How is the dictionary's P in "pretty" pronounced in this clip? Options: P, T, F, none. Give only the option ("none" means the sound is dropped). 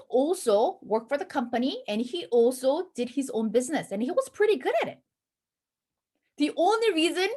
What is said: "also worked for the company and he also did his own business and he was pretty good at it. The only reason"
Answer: P